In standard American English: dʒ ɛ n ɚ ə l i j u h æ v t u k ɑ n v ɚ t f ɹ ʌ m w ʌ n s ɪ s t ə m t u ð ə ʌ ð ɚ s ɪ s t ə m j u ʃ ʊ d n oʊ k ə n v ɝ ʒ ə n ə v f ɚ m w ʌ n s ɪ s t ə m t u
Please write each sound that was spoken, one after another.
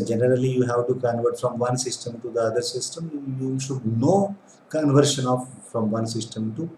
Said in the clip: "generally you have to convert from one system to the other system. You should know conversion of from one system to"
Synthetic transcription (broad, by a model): dʒ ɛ n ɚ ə l i j u h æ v t u k ɑ n v ɚ t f ɹ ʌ m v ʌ n s ɪ s t ə m t u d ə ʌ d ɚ s ɪ s t ə m j u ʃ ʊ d n oʊ k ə n v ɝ ʃ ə n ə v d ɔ m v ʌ n s ɪ s t ə m t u